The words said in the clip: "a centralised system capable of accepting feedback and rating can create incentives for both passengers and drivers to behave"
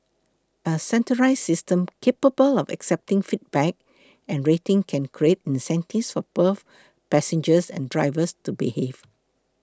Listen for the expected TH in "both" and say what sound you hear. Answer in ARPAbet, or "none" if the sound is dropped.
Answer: F